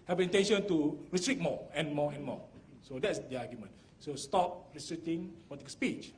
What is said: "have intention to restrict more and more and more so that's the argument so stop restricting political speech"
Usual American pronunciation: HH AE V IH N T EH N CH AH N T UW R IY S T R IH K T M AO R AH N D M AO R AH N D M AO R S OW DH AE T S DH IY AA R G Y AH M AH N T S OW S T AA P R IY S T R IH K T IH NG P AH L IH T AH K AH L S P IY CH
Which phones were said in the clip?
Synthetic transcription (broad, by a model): HH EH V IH N T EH N SH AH N T UW R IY S T R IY T M AO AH N M AO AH N M AO S OW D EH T S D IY AA G Y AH M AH N S OW S T AA P R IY S T R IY T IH NG P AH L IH T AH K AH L S P IY CH